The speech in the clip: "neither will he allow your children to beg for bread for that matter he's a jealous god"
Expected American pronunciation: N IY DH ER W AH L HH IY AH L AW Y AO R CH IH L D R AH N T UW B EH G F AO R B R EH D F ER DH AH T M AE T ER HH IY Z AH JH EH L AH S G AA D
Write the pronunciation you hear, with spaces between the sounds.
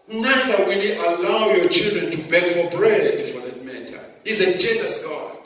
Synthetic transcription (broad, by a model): N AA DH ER W AH L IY AH L AW Y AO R CH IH L D R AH N T UW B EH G F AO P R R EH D F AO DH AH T M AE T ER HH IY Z AH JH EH N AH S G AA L